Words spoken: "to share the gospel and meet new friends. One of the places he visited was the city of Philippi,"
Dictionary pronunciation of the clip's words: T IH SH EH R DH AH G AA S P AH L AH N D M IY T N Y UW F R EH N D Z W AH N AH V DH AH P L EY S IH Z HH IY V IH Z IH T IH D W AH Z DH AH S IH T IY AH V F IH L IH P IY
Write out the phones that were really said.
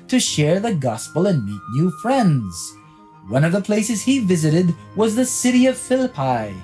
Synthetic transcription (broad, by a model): T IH SH EH R DH AH G AA S P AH L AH N M IY T N Y UW F R EH N D Z W AH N AH V DH AH P L EY S IH Z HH IY V IH Z IH T IH D W AH Z DH AH S IH T IY AH V F IH L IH P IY